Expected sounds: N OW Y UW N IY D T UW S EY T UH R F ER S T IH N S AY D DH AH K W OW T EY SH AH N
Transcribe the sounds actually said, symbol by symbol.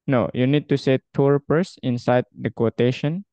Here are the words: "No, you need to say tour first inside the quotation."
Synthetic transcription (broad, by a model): N OW Y UW N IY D T UW S EY T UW R P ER S IH N S AY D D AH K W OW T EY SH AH N